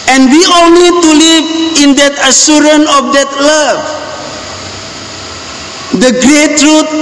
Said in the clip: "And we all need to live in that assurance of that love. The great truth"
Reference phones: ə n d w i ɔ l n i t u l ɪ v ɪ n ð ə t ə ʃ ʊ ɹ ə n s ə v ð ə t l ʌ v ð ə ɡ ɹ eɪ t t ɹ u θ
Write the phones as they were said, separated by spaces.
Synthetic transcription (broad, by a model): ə n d w i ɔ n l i t u l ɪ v ɪ n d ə t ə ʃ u ɹ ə n ə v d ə t l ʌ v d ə ɡ ɹ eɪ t t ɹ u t